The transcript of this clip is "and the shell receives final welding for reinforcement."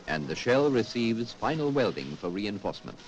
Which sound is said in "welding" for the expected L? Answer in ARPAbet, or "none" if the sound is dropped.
L